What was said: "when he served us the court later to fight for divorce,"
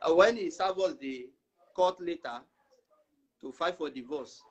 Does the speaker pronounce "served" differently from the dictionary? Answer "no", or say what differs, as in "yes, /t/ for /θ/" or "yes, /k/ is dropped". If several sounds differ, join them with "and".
yes, /d/ is dropped